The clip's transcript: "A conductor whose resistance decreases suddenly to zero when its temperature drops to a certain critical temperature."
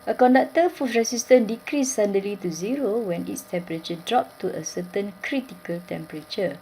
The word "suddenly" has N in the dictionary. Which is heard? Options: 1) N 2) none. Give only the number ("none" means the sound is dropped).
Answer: 2